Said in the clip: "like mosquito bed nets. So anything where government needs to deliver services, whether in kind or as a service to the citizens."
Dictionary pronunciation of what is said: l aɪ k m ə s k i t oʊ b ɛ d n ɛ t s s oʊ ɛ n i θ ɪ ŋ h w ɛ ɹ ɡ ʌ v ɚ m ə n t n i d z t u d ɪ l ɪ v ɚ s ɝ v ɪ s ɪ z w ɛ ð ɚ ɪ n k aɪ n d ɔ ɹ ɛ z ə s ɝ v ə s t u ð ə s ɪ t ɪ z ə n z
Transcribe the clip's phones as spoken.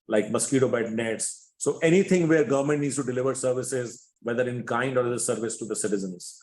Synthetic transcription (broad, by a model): l aɪ k m ə s k i t oʊ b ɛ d n ɛ t s s oʊ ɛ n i t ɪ ŋ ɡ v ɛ ɹ ɡ ʌ v ɚ m ə n t n i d s t u d ɪ l ɪ v ɚ s ɝ v ɪ s ɪ z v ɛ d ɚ ɪ n k aɪ n d ɔ ɹ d ə s ɝ v ə s t u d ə s ɪ t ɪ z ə n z